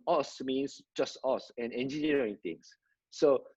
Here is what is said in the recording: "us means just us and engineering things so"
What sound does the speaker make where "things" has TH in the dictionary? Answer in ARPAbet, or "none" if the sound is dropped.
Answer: T